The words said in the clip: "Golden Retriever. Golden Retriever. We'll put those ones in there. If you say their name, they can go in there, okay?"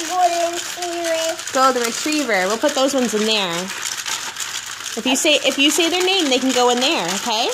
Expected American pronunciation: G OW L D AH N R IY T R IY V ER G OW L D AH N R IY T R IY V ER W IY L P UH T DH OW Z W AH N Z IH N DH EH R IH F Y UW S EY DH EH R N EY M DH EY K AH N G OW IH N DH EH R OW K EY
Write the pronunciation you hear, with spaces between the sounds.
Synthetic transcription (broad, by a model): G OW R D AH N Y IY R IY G OW L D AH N R IY T R IY V ER W IY L P UH T DH OW Z W AH N Z IH N DH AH R IH F Y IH S EY DH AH R N EY M DH EY K N G OW IH N DH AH R OW K EY